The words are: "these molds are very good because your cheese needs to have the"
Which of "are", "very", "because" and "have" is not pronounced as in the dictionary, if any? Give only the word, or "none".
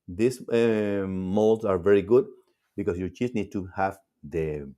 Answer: because